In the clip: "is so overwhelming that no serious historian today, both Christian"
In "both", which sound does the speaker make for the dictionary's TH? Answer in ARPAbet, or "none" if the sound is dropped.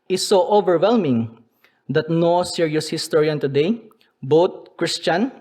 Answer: T